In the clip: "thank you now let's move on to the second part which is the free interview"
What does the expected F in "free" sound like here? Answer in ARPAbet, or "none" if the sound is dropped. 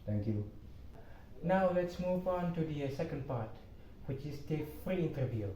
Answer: F